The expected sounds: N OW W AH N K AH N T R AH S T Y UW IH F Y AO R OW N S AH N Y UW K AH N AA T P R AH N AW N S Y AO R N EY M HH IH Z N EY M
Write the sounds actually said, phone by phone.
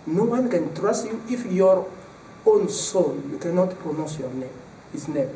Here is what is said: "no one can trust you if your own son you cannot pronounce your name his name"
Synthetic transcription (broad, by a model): N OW W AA N K AH N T R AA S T Y UW IH F Y AO R OW N S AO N Y UW K AH N AA T P R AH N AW S Y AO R N EY M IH S N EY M